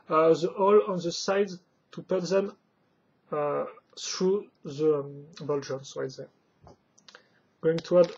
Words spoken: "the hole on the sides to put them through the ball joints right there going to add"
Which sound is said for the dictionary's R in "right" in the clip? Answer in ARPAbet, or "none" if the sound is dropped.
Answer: W